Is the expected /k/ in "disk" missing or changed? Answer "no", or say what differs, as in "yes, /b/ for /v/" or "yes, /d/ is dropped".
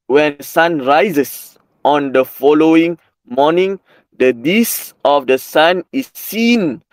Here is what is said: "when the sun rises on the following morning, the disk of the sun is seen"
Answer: yes, /k/ is dropped